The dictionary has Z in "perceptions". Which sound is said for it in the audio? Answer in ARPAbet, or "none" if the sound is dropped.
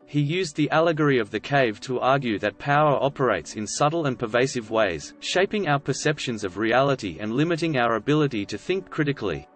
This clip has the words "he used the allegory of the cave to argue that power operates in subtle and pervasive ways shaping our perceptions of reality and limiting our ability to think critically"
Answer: Z